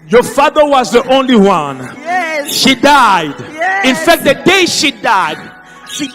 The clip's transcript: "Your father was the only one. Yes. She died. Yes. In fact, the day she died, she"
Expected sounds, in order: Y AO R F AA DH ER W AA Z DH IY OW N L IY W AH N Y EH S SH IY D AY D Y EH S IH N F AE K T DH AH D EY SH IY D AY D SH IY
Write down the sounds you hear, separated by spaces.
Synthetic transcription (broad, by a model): Y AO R F AA DH ER W AA Z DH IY OW N L IY W AH N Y SH IY D AY D IH N F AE K T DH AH D EY SH IY D AY D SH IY